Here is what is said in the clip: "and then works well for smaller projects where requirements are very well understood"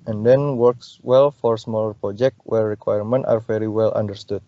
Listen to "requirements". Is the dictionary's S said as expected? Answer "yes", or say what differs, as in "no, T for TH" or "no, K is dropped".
no, S is dropped